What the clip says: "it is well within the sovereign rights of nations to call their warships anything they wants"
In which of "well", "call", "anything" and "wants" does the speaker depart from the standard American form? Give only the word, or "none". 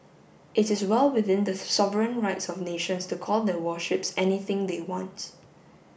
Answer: wants